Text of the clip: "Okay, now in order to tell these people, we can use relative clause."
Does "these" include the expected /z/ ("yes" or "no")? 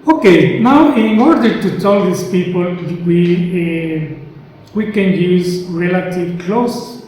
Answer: no